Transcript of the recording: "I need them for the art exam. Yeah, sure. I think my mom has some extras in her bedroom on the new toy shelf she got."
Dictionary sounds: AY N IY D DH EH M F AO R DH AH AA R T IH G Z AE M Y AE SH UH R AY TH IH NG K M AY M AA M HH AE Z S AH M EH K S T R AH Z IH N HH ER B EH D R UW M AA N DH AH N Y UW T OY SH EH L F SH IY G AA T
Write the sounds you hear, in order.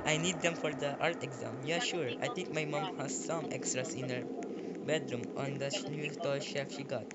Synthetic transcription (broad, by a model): AY N IY D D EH M F AO R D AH AA R T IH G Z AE M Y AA SH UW R AY T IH NG K M AY M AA M HH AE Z S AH M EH K S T R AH S IH N HH ER B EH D R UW M AA N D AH N Y UW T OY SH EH F SH IY G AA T